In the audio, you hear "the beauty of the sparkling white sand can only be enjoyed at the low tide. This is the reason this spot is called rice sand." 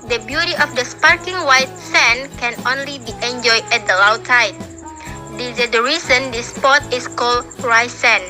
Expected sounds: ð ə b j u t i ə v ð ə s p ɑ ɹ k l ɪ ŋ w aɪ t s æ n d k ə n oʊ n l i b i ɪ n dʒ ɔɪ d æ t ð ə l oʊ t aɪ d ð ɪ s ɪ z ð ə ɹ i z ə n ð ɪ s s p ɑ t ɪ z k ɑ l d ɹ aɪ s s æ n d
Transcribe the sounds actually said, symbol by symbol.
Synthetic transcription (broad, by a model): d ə b j u t i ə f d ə s p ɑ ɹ k ɪ ŋ w aɪ t s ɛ n k ə n oʊ n l i b i ɪ n dʒ ɔɪ d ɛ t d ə l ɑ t aɪ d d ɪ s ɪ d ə ɹ i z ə n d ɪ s s p ɑ t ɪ s k ɑ l d ɹ aɪ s s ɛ n